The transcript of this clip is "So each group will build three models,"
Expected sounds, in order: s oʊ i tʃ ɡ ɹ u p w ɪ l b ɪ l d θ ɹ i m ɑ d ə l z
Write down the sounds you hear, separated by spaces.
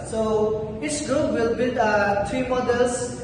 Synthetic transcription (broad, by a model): s oʊ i s ɡ ɹ u p w ɪ l b ɪ l d t ɹ i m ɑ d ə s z